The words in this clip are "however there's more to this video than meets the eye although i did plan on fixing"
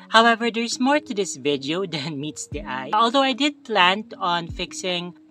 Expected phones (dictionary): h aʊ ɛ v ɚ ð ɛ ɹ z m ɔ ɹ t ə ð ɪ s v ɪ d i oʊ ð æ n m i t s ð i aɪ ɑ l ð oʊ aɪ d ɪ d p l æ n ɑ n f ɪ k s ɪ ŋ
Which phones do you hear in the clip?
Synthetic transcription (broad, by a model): h aʊ ɛ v ɚ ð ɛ ɹ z m ɔ ɹ t ə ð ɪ s v ɪ d i oʊ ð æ n m i t s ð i aɪ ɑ l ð oʊ aɪ d ɪ d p l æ n ɑ n f ɪ k s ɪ ŋ